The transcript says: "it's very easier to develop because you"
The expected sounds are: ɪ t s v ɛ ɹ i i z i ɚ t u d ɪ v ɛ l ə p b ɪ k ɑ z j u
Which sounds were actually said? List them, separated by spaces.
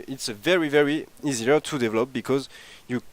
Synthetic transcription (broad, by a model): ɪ t s v ɛ ɹ i i z i ɚ t u d ɪ v ɛ l ə p b ɪ k ɑ z j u